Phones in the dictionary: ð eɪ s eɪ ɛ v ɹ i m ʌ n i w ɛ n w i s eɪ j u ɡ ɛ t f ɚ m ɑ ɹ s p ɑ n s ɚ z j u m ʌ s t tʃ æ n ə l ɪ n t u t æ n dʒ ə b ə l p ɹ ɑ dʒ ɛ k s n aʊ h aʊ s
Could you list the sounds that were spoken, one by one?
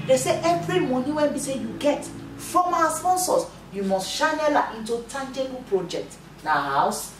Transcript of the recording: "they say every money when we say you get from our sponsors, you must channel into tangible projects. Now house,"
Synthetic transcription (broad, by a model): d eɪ s eɪ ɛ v ɹ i m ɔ n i w ɛ n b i s eɪ j u ɡ ɛ t f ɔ m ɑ s p ɑ n s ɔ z j u m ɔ s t ʃ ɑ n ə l ɪ n t u t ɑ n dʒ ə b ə p ɹ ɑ dʒ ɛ k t n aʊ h aʊ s